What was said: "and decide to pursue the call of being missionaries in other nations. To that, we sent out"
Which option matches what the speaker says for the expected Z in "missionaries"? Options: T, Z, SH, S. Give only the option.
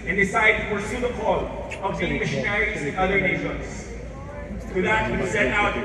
Z